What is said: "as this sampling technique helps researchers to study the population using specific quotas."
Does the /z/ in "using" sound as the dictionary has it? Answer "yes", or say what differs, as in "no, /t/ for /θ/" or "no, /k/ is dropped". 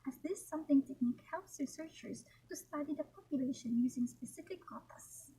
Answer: yes